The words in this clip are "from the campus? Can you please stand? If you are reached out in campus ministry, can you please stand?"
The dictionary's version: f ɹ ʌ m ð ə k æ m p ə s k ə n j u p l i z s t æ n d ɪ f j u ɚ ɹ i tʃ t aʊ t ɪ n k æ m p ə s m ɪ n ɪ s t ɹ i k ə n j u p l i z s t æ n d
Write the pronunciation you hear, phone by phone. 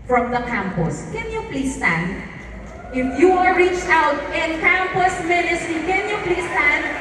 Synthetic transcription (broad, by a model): f ɹ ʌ m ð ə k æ m p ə s k ə n j u p l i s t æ n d ɪ f j u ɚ ɹ i tʃ t aʊ t ɪ n k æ m p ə s m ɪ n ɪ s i k ə n j u p l i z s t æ n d